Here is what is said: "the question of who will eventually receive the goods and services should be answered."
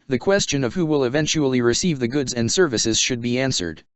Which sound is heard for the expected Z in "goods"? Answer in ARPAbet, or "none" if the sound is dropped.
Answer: Z